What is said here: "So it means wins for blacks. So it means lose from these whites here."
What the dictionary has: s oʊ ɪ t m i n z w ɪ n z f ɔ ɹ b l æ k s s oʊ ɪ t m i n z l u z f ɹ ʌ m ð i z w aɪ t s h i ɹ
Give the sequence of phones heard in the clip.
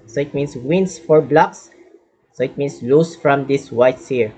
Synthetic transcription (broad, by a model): s oʊ ɪ t m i n s w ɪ n s f ɔ ɹ b l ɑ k s s oʊ ɪ t m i n s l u s f ɹ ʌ m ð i s w aɪ t s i ɹ